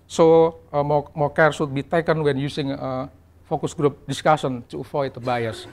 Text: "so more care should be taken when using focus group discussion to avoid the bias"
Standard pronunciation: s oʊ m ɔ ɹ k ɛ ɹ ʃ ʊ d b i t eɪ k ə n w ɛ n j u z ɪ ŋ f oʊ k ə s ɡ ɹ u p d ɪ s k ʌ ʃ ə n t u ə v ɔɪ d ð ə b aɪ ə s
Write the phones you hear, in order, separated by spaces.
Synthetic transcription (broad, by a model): s oʊ m ɔ ɹ k ɛ ɹ s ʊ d b i t eɪ k ə n w ɛ n j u s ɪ ŋ f oʊ k ə s ɡ ɹ u p d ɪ s k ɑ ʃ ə n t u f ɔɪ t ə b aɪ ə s